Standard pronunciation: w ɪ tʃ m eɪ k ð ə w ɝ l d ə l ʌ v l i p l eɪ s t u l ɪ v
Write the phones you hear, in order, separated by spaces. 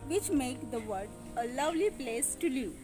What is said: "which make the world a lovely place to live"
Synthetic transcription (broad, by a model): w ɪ tʃ m eɪ k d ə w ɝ d ə l ʌ v l i p l eɪ s t u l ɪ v